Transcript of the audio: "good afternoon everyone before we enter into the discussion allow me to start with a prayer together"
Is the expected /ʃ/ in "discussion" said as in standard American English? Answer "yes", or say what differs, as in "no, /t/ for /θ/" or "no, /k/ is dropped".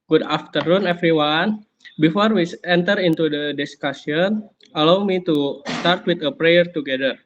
no, /s/ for /ʃ/